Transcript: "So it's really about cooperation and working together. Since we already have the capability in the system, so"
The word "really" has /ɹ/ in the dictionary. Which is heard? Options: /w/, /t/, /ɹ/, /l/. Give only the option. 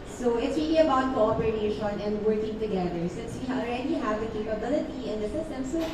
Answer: /w/